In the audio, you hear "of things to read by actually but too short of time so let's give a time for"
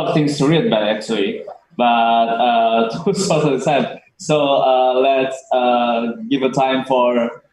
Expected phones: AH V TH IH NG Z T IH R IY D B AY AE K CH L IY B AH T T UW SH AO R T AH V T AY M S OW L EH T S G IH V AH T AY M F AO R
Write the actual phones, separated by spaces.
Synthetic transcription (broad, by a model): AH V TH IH NG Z T IH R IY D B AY AE K CH L IY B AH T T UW S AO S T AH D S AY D S OW L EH T S G IH V AH T AY M F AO R